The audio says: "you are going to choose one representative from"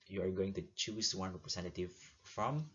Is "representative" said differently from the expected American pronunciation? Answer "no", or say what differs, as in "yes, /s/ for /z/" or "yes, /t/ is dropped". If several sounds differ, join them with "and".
yes, /s/ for /z/